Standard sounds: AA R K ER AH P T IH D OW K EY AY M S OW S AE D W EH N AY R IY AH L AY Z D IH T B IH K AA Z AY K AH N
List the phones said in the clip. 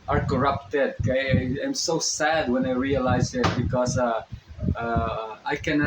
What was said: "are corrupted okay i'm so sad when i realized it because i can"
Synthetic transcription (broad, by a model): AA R K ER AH P T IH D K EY AY M S OW S AE D W EH N AY R IY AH L AY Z IH T B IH K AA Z AY K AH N